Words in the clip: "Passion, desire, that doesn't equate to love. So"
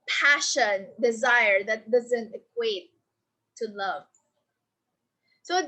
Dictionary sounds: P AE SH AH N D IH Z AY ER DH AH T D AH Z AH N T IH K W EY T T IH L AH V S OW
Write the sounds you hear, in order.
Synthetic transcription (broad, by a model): P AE SH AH N D IH Z AY ER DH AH T D AH Z AH N T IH K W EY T T IH L AH V S OW